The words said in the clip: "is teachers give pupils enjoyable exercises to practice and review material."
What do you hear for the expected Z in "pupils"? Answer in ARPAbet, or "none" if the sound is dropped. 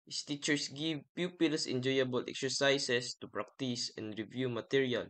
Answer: S